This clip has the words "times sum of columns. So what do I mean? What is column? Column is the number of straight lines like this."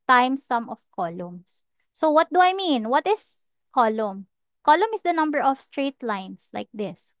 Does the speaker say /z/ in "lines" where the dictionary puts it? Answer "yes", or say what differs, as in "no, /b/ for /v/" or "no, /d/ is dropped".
no, /s/ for /z/